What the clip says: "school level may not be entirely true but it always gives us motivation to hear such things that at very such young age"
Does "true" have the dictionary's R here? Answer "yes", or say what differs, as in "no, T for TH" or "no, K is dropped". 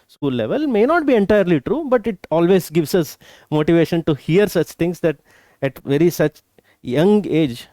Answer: yes